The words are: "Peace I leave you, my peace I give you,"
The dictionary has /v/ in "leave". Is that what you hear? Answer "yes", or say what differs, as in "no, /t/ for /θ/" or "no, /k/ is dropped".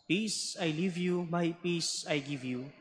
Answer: yes